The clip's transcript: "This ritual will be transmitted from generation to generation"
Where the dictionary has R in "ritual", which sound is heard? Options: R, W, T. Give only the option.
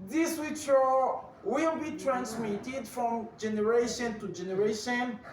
W